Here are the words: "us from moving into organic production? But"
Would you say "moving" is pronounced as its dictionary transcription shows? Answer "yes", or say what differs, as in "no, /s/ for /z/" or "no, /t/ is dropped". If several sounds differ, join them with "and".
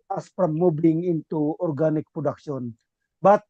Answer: no, /b/ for /v/